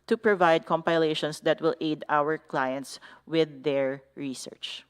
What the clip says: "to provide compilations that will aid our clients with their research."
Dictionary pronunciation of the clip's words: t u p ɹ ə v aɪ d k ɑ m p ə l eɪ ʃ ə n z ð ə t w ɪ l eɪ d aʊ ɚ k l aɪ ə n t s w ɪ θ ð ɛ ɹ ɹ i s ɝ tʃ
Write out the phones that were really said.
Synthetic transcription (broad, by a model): t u p ɹ ə v aɪ d k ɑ m p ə l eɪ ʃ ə n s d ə t w ɪ l eɪ d aʊ ɚ k l aɪ ə n t s w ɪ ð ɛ ɹ ɹ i s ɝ tʃ